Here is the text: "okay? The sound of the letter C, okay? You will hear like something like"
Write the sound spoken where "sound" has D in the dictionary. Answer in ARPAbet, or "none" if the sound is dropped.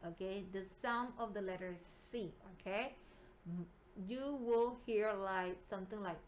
none